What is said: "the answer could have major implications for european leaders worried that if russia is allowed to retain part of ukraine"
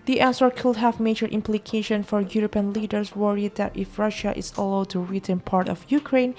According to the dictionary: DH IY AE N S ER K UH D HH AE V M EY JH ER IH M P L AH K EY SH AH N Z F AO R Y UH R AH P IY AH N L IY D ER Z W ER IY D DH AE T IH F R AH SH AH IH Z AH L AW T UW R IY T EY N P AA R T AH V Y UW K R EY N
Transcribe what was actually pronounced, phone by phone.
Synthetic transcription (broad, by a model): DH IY AE N S ER K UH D HH AE V M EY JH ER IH M P L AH K EY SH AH N F AO R Y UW R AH P IY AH N L IY D ER S W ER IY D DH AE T IH F R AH SH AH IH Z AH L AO T UW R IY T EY N P AA R T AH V Y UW K R EY N